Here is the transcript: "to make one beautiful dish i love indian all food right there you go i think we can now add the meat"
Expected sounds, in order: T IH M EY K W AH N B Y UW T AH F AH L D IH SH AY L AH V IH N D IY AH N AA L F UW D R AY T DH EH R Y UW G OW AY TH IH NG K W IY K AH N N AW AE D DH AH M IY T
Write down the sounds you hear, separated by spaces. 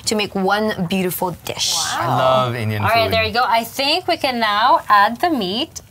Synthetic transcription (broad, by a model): T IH M EY K W AH N B Y UW T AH F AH L D IH SH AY L AH V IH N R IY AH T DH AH R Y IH G OW AY TH IH NG K W IY K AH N N AW AE D DH AH M IY T